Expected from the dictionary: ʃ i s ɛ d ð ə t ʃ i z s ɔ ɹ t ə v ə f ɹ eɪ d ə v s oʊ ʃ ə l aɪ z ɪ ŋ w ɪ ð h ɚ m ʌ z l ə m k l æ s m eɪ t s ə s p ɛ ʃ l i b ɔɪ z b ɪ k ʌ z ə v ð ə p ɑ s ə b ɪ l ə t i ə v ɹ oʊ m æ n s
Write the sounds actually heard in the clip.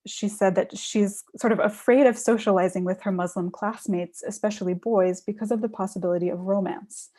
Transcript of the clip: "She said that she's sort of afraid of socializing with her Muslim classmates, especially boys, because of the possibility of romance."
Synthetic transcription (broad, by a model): ʃ i s ɛ d ð ə t ʃ i z s ɔ ɹ t ə v ə f ɹ eɪ d ə v s oʊ ʃ ə l aɪ z ɪ ŋ w ɪ ð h ɚ m ʌ z l ə m k l æ s m eɪ t s ə s p ɛ ʃ l i b ɔɪ z b ɪ k ʌ z ə v ð ə p ɑ s ə b ɪ l ə t i ə v ɹ oʊ m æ n s